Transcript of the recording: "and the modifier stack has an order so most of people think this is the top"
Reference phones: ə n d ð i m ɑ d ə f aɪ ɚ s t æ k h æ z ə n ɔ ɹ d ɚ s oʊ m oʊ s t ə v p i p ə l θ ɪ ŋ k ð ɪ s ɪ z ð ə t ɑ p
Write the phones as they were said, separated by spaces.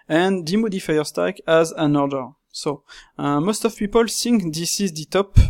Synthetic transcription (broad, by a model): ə n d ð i m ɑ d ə f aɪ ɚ s t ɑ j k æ z ə n ɔ ɹ d ɚ s oʊ m oʊ s t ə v p i p ə l s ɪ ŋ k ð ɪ s ɪ z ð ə t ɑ p